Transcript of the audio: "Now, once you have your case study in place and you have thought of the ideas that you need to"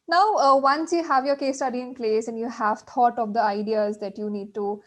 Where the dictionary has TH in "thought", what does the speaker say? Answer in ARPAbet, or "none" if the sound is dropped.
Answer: T